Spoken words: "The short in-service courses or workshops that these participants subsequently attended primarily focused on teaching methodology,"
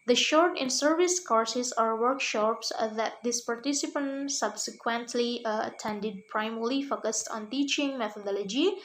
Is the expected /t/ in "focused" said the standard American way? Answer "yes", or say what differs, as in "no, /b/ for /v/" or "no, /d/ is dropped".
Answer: yes